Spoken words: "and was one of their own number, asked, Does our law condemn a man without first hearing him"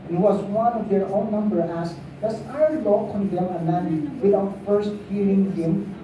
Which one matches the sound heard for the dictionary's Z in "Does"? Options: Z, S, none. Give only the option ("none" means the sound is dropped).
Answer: S